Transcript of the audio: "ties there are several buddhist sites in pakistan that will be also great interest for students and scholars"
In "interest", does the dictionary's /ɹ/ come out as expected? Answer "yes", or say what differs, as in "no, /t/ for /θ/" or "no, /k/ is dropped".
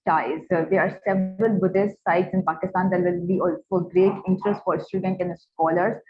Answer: yes